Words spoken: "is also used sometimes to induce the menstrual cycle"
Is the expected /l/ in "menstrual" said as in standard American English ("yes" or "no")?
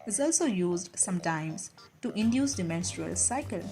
yes